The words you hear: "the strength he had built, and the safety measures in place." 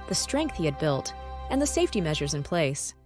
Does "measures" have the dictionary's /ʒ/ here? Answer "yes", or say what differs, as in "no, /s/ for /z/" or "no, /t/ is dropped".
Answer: yes